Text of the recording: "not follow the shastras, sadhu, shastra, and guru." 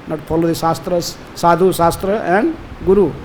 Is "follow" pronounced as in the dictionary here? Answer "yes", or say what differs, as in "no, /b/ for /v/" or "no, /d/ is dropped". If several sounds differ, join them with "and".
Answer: no, /p/ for /f/